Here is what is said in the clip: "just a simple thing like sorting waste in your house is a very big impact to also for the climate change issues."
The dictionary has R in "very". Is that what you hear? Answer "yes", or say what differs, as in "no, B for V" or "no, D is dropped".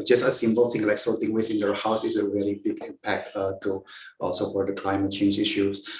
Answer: no, L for R